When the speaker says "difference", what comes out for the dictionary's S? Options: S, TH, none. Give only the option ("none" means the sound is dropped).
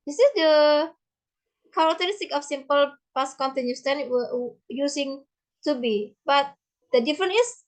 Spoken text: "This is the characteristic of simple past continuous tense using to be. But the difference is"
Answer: none